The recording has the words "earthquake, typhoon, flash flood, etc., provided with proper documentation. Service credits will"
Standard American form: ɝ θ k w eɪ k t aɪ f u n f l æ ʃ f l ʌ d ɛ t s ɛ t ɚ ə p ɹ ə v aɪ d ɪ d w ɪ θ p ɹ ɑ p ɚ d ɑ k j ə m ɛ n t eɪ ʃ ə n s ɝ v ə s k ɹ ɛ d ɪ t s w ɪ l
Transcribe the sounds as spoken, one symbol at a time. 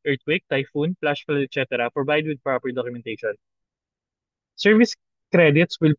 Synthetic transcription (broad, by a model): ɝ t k w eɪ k t aɪ f u n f l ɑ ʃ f ʌ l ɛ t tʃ ɛ t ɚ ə p ɹ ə b aɪ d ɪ d w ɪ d p ɹ ɑ p ɚ d ɑ k j ə m ɛ n t eɪ ʃ ə n s ɝ v ə s k ɹ ɛ d ɪ t s w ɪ l